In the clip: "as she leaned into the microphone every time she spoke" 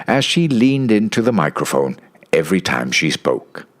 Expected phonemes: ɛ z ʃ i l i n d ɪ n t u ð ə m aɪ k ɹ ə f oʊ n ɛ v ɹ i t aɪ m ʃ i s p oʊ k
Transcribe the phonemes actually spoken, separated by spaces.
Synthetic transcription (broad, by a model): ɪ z ʃ i l i n d ɪ n t u ð ə m aɪ k ɹ ə f oʊ n ɛ v ɹ i t aɪ m ʃ i s p oʊ k